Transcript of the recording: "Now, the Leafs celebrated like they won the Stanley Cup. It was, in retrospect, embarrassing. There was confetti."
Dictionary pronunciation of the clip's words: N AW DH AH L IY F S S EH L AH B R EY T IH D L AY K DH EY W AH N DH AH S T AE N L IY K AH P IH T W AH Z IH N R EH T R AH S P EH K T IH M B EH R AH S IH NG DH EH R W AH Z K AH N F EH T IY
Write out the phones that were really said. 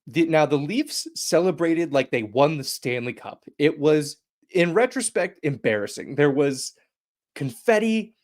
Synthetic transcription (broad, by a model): N AW DH AH L IY F S S EH L AH B R EY T IH D L AY K DH EY W AH N DH AH S T AE N L IY K AH P IH T W AH Z IH N R EH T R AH S P EH K T IH M B EH R AH S IH NG DH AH R W AH Z K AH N F EH T IY